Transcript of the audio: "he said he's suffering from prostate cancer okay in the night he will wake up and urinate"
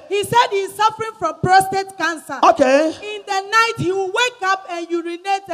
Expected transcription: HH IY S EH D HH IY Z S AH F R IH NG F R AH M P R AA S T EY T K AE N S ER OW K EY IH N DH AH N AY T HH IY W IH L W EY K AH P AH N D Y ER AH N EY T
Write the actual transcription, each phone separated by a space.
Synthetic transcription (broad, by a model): HH IY S EH D HH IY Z S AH F R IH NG F R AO M P R AA S T EY T K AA N S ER OW K EY IH N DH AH N AY T HH IY W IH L W EY K AH P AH N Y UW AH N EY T